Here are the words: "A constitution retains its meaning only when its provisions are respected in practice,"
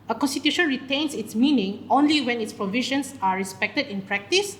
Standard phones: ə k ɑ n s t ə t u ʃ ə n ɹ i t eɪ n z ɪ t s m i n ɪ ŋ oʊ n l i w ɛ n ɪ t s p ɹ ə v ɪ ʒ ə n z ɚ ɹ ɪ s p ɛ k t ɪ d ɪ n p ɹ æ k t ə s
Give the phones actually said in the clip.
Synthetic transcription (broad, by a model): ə k ɑ n s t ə t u ʃ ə n ɹ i t eɪ n s ɪ t s m i n ɪ ŋ oʊ n l i w ɛ n ɪ t s p ɹ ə v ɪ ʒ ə n s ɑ ɹ ɪ s p ɛ k t ɪ d ɪ n p ɹ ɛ k t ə s